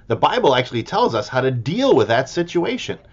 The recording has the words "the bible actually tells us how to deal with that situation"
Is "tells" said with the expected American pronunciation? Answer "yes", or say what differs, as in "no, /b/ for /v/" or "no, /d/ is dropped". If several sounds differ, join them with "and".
yes